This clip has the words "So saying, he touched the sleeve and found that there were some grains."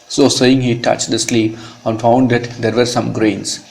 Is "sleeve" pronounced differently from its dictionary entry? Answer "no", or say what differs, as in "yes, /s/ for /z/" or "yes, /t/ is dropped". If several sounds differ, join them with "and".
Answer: yes, /p/ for /v/